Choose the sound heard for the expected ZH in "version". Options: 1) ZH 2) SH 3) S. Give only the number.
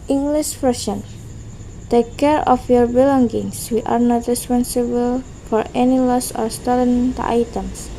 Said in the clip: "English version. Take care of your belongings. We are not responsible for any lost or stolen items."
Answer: 2